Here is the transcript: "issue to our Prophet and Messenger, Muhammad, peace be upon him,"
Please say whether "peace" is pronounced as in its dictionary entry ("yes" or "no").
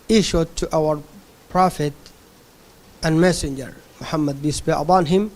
no